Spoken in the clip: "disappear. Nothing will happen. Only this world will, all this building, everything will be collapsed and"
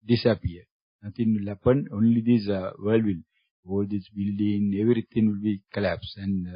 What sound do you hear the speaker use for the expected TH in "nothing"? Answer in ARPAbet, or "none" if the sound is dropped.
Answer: T